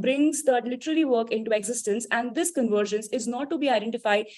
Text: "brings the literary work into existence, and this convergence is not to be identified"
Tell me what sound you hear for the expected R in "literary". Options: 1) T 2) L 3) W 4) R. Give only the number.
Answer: 2